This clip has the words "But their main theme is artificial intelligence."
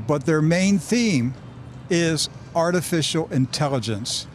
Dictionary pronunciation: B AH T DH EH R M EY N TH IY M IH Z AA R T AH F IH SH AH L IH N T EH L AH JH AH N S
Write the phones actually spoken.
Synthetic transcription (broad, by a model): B AH T DH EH R M EY N TH IY M IH Z AA R T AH F IH SH L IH N T EH L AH JH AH N S